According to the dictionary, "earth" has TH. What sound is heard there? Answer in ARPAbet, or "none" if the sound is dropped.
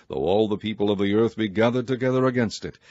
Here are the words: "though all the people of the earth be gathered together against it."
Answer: TH